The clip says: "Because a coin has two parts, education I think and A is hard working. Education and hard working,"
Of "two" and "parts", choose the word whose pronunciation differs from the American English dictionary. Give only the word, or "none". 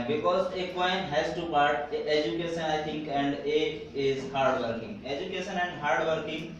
parts